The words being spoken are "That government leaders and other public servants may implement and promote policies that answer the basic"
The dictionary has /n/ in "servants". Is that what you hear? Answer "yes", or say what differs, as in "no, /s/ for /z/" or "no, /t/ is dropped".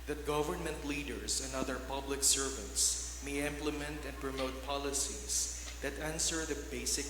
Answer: no, /n/ is dropped